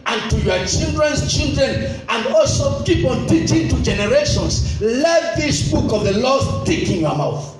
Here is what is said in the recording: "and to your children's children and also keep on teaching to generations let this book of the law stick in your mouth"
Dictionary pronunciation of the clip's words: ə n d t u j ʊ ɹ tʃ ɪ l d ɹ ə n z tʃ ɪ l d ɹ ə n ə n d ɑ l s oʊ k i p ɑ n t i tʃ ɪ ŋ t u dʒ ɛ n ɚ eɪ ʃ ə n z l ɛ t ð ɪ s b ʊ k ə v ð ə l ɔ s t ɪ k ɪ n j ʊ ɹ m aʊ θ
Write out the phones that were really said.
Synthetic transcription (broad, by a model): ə n t u j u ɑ tʃ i l d ɹ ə n s tʃ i l d ɹ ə n ə n d ɑ l s oʊ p i p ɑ l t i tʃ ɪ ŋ t u dʒ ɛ n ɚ eɪ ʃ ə n s l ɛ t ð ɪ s b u k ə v ð ə l ɔ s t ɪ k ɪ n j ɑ m aʊ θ